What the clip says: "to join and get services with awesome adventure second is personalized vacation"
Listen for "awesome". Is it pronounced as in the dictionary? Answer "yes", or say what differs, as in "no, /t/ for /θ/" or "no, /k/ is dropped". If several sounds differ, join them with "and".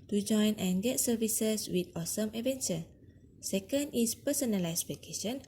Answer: yes